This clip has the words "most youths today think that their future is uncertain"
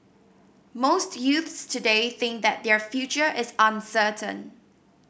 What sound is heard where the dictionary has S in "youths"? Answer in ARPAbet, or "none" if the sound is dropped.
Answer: S